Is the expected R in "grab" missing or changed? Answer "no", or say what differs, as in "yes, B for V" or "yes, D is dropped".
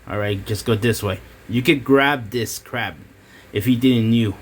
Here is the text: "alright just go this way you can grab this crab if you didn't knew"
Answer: no